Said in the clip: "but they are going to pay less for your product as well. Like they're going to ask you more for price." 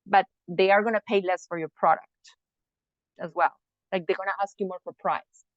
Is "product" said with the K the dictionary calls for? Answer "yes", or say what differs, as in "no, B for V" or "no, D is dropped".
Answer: yes